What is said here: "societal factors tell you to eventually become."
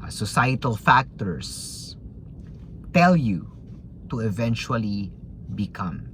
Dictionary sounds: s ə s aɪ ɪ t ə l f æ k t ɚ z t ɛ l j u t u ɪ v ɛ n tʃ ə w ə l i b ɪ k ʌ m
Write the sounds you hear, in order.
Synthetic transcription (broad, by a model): s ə s aɪ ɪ t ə l f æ k t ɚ s t ɛ l j u t u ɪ v ɛ n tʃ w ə l i b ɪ k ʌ m